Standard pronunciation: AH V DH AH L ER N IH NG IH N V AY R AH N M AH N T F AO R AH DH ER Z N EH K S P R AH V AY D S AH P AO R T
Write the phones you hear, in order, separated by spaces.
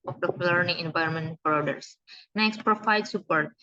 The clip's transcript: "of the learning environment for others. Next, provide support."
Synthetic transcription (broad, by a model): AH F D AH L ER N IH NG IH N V AY R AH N M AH N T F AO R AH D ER S N EH K S P R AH F AY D S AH P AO R T